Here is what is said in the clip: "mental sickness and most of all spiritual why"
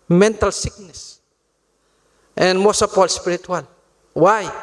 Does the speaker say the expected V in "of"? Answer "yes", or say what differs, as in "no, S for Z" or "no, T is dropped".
no, P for V